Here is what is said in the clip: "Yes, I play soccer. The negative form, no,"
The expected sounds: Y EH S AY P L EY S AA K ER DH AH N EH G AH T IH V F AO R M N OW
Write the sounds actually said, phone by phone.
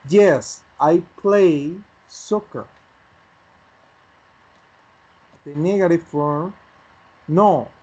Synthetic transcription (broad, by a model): Y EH S AY P L EY S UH K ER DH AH N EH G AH T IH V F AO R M N OW